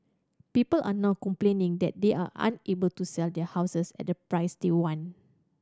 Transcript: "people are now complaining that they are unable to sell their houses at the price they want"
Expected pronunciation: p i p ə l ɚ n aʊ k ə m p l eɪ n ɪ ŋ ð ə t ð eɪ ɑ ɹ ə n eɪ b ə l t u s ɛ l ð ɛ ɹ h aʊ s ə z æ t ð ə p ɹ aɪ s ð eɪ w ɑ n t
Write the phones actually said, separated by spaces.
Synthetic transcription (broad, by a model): p i p ə l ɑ n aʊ k ə m p l eɪ n ɪ ŋ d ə t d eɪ ɑ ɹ ə n eɪ b ə l t u s ɛ l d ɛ h aʊ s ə s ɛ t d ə p ɹ aɪ s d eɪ w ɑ n